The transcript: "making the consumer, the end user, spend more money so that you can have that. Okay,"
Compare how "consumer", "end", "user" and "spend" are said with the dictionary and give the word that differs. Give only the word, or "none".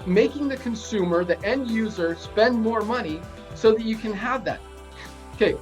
none